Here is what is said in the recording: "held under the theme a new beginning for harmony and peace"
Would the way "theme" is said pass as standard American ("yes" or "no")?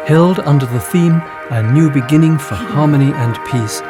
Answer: yes